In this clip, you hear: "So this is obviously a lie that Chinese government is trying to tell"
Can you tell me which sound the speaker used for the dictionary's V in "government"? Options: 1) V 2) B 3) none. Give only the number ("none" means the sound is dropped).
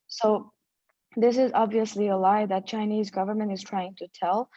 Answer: 1